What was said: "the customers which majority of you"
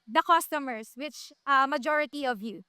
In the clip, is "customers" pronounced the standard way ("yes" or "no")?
no